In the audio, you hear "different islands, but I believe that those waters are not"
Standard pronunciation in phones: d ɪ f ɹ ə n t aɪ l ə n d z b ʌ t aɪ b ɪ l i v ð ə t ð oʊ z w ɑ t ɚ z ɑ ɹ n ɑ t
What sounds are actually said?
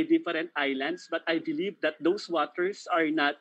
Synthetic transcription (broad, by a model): d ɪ f ɹ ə n t aɪ l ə n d s b ʌ t aɪ b ɪ l i v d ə t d oʊ s w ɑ t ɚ s ɑ ɹ n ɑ t